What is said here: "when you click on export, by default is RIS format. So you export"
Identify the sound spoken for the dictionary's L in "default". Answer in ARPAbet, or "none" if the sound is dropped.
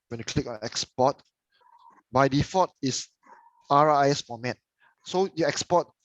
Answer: none